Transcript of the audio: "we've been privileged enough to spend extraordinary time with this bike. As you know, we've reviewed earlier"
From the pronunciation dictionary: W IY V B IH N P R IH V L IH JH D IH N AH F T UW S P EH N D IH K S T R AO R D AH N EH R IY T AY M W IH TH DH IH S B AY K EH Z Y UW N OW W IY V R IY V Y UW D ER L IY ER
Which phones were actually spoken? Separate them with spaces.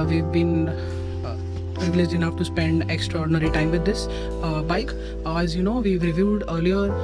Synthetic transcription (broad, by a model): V IY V B IH N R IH L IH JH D IH N AH F T UW S P EH N D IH K S T R AO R D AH N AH R IY T AY M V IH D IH S B AY K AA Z Y UW N OW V IY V R IY V Y UW D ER L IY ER